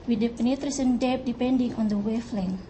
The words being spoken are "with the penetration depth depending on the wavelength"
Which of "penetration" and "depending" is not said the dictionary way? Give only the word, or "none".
penetration